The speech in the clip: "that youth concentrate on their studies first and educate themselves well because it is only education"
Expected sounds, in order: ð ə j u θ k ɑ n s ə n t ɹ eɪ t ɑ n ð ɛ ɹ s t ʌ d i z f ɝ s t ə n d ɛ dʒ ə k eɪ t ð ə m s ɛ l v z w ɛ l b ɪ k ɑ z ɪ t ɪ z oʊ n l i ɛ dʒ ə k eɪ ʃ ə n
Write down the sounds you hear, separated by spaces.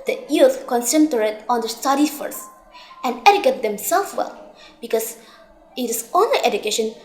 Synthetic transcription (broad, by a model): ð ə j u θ k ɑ n s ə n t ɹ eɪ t ɑ n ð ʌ s t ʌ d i f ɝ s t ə n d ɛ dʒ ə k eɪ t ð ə m s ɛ l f w ɛ l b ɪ k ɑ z ɪ t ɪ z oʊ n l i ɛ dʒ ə k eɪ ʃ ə n